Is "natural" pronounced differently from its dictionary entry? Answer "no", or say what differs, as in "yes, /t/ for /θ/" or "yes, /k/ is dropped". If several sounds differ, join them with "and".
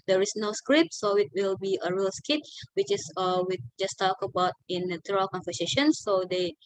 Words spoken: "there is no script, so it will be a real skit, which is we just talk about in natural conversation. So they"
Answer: yes, /tʃ/ is dropped